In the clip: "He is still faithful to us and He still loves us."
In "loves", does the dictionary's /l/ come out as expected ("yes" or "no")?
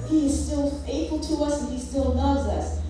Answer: no